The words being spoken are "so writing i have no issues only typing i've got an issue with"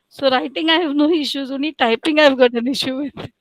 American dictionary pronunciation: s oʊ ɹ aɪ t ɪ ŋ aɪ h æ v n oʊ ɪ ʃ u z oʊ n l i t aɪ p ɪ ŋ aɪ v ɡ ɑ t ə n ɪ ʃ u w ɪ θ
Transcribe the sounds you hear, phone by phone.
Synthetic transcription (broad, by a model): s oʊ ɹ aɪ t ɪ ŋ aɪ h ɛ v n oʊ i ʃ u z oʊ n i t aɪ p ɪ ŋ aɪ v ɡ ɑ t ə n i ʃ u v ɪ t